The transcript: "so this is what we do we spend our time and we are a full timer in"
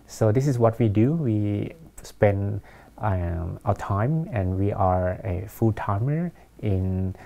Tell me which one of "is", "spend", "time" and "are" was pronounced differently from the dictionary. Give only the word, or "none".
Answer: is